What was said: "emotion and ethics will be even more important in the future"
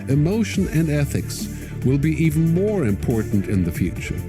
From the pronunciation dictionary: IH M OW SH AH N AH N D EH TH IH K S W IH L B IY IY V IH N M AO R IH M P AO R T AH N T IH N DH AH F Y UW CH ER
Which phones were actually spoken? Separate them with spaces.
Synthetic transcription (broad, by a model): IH M OW SH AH N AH N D EH TH IH K S W IH L B IY IY V N M AO R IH M P AO R T N T IH N DH AH F Y UW CH ER